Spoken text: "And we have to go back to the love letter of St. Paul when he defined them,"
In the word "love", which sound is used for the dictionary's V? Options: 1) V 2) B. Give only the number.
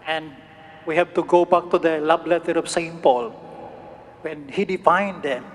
2